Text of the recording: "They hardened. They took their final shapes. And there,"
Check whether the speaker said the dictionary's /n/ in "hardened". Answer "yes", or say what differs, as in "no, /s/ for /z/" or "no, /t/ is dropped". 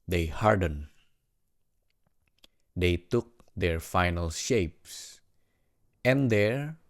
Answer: yes